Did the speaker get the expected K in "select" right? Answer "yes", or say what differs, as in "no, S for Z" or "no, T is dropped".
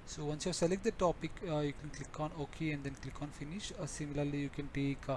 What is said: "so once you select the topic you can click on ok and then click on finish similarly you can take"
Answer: yes